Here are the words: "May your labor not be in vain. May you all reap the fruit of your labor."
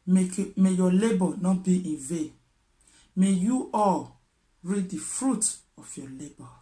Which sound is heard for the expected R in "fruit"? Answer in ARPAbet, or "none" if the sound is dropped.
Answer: R